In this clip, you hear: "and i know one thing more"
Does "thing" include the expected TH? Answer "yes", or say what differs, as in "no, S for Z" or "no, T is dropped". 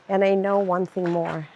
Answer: yes